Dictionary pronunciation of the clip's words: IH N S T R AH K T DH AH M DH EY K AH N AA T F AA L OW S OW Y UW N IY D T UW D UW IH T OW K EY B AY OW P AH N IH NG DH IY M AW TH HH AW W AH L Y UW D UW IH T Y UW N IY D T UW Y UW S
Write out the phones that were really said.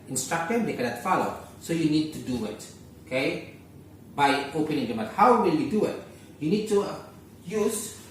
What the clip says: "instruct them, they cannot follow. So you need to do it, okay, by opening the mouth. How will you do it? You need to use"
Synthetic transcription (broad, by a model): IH N S T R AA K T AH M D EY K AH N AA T F AA L OW S OW Y UW N IY D T UW D UW IH T OW K EY B AY OW P AH N IH NG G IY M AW T HH AW W AH L Y UW D UW IH T Y UW N IY D T UW Y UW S